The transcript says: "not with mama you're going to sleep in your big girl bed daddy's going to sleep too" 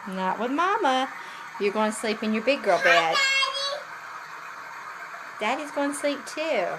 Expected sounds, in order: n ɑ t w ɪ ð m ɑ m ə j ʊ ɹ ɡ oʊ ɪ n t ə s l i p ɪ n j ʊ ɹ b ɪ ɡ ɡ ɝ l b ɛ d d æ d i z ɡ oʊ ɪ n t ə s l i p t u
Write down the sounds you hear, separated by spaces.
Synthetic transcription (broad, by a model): n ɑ t w ɪ ð m ɑ m ə j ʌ ɹ ɡ oʊ ɪ n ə s l i p ɪ n j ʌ ɹ b ɪ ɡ ɡ ɝ l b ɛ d d æ d i z ɡ oʊ ɪ n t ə s l i p t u